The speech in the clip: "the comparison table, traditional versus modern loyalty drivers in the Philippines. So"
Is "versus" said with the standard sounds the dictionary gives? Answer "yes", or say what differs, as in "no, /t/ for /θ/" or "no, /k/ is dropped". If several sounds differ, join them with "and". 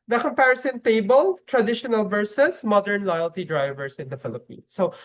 yes